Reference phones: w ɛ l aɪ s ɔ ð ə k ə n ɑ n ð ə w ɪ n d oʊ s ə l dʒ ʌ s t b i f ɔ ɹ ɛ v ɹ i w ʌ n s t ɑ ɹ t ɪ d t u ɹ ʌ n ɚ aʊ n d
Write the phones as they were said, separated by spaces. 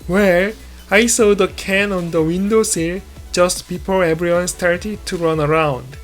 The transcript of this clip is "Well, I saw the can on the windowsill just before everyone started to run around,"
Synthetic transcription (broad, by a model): w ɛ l aɪ s ɔ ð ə k ə n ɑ n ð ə w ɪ n d oʊ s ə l dʒ ʌ s t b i p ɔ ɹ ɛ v ɹ i w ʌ n s t ɑ ɹ t ɪ d t u ɹ ʌ n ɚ aʊ n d